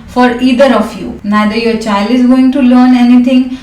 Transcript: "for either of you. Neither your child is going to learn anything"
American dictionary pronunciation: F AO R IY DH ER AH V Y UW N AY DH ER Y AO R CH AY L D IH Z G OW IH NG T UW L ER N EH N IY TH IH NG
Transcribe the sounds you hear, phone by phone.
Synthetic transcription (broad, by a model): F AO R IY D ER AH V Y UW N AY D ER Y AO R CH AY L D IH Z G OW IH NG T UW L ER N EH N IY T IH NG